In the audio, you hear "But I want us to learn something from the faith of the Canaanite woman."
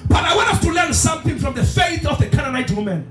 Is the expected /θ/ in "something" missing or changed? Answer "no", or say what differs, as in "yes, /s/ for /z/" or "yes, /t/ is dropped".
no